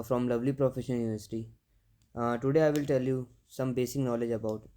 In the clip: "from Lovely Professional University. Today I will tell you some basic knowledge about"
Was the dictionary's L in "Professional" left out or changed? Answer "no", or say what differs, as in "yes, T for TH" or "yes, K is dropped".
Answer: yes, N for L